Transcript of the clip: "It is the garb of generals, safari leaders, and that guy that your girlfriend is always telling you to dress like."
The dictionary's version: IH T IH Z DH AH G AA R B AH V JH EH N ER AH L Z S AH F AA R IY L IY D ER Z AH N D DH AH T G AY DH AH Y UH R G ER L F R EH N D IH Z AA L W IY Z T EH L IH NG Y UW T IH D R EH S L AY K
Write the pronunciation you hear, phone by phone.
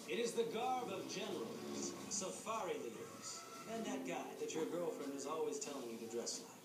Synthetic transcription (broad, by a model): IH T IH Z DH AH G AA R B AH V JH EH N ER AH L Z S AH F AA R IY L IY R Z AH N DH AH T G AY DH AH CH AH R G ER L F R EH N D IH Z AA L W IY Z T EH L IH NG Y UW T IH D R EH S L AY